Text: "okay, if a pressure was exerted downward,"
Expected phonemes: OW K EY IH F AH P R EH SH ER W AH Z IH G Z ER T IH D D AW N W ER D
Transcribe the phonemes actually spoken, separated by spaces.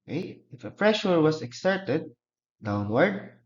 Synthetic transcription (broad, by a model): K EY IH F AH F R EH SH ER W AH S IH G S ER T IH D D AW N W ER D